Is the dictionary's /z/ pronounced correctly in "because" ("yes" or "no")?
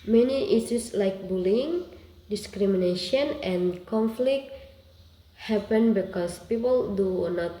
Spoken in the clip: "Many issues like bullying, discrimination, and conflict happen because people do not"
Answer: no